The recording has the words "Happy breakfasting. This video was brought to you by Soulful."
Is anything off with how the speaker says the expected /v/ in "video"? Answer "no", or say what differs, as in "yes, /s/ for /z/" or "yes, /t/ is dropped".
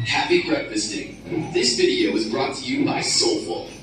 no